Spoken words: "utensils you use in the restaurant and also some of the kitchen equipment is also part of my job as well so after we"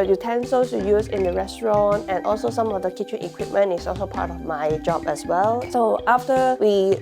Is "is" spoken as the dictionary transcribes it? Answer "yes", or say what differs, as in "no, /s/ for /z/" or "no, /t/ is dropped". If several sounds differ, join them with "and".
no, /s/ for /z/